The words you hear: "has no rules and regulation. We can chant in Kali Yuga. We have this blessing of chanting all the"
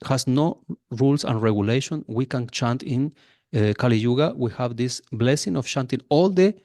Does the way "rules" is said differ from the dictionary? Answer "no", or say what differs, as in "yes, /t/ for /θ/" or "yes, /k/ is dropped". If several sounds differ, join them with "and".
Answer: yes, /s/ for /z/